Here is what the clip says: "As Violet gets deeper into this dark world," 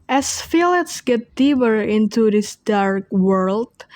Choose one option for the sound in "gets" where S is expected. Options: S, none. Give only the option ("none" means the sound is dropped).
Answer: none